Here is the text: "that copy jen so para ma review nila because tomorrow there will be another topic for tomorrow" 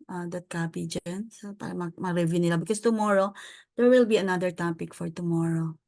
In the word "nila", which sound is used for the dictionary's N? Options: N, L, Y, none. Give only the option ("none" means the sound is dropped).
N